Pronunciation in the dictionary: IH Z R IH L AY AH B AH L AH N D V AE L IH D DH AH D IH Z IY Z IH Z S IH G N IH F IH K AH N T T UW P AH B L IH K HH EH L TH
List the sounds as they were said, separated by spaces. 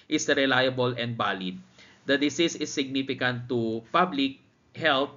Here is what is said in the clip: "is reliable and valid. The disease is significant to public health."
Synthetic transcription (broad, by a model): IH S R IH L AY AH B AH L AH N D B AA L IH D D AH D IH S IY S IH S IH G N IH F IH K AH N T T UW P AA B L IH K HH EH L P